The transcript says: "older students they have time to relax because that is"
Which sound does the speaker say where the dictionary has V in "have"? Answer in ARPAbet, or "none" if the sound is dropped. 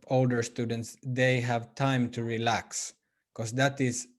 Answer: V